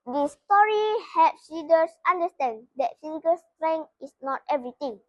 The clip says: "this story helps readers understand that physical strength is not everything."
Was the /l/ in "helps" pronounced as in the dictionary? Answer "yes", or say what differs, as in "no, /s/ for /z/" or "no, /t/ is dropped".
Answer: no, /l/ is dropped